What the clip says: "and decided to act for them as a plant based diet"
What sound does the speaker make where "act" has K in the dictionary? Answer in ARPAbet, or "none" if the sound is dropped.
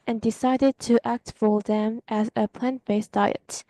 K